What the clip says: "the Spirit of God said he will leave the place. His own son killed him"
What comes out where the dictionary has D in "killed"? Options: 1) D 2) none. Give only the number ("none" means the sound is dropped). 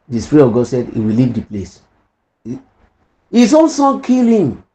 2